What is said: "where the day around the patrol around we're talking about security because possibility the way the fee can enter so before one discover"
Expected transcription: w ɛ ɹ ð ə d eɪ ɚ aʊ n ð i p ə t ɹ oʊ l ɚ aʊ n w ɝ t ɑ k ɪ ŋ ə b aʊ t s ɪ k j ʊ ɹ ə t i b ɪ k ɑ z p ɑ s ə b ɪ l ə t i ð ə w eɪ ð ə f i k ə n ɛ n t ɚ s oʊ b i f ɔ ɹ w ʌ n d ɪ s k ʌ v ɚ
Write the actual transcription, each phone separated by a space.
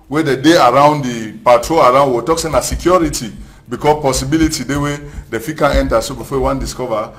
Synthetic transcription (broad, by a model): w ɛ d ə d eɪ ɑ aʊ n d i p ə t ɹ oʊ l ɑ aʊ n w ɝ t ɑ k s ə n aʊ s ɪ k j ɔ ɹ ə t i b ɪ k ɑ p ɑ s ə b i l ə t i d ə w eɪ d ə f i k ə n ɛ n t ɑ s oʊ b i f ɔ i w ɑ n d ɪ s k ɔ v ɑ